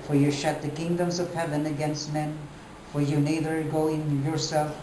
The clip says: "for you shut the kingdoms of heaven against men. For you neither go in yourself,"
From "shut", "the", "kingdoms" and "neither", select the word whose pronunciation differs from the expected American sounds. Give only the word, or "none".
none